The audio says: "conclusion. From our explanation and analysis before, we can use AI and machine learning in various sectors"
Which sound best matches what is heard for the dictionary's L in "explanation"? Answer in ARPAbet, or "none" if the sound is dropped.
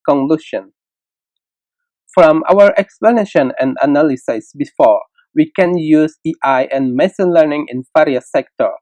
L